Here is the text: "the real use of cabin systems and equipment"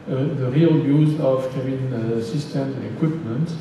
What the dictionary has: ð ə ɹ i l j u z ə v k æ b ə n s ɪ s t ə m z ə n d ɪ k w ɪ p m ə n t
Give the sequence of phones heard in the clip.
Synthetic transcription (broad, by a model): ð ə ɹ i l j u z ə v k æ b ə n s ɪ s t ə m ə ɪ k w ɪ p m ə n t